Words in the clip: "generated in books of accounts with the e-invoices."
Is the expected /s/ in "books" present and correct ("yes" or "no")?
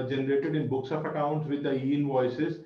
yes